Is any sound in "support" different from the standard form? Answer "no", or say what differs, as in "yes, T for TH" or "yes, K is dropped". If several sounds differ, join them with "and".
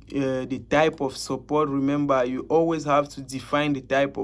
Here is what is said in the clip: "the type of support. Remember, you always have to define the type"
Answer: no